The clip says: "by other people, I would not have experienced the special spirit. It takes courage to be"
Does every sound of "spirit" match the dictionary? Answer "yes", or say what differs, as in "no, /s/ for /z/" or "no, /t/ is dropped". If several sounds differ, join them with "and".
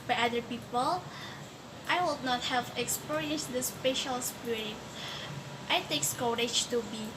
no, /t/ is dropped